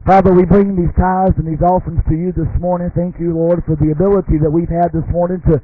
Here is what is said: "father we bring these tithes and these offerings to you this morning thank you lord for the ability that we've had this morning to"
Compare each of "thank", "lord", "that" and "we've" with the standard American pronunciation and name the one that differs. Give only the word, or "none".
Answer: none